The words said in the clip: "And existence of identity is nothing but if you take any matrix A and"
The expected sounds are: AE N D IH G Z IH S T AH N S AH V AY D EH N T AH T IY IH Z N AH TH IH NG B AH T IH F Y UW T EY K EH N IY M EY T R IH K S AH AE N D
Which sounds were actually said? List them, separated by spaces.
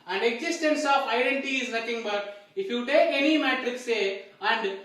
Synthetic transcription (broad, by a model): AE N D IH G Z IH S T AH N S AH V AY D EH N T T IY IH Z N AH T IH NG B AH T IH F Y UW T EY K EH N IY M EY T R IH K S AH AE N D